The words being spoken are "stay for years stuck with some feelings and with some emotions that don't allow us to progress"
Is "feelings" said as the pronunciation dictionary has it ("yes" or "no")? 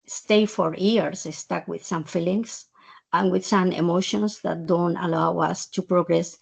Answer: no